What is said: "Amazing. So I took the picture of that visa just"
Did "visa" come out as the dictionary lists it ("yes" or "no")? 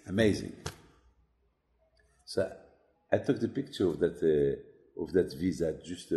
yes